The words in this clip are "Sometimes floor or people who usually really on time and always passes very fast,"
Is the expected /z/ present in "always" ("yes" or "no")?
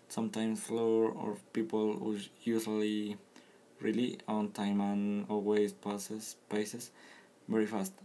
no